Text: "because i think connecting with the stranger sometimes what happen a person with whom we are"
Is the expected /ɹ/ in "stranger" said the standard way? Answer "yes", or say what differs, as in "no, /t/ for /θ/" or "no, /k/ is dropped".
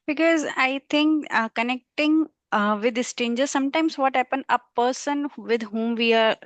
no, /ɹ/ is dropped